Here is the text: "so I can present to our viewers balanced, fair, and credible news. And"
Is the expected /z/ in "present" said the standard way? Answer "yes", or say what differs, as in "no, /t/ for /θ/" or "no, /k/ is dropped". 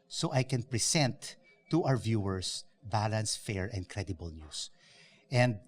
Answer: no, /s/ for /z/